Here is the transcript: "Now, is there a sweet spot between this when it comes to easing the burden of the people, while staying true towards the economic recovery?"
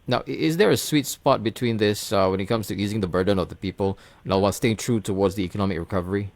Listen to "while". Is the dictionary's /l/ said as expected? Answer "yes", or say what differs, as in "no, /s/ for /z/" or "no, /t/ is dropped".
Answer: no, /w/ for /l/